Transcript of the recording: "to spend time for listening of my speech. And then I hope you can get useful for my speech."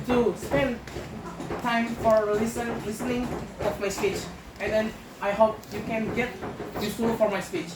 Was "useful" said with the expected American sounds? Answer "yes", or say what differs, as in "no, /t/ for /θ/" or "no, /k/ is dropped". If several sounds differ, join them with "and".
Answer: no, /f/ is dropped